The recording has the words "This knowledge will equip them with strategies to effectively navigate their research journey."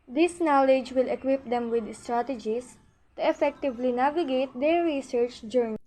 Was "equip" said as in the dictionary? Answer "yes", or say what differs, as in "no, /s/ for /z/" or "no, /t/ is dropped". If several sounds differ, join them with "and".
yes